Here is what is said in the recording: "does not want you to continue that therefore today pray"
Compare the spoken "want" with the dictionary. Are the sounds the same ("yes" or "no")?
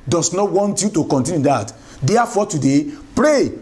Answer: yes